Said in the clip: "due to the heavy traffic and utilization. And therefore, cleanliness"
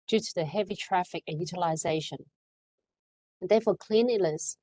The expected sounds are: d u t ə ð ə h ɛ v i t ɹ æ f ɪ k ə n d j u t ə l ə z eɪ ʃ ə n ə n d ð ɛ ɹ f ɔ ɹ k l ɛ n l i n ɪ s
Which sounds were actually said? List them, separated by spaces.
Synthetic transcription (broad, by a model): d u t ə ð ə h ɛ v i t ɹ æ f ɪ k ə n j u t ə l ə z eɪ ʃ ə n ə n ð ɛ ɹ f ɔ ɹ k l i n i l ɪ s